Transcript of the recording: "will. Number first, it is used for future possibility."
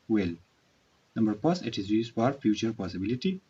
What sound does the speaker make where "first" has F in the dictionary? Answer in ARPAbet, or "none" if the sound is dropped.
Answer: P